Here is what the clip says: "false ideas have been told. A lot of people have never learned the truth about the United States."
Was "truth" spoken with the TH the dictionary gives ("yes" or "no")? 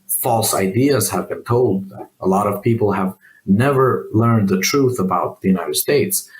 yes